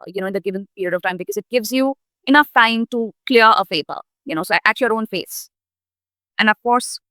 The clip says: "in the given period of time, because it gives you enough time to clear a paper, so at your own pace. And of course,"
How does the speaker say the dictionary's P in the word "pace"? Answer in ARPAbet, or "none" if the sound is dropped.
F